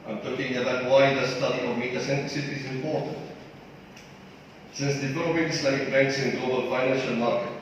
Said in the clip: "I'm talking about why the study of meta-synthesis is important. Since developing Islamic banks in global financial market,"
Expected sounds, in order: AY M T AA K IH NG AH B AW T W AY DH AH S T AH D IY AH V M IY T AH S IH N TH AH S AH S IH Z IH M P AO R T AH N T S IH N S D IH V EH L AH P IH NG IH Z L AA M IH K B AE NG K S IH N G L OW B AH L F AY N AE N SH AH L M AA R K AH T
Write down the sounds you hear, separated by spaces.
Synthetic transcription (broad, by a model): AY M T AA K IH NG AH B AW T W AY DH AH S T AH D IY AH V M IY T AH S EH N T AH S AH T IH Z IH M P AO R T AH N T S IH N S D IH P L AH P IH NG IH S L AA IH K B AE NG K S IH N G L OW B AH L F AY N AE N SH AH L M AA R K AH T